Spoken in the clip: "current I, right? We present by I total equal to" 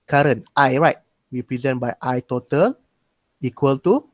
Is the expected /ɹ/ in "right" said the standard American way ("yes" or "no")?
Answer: yes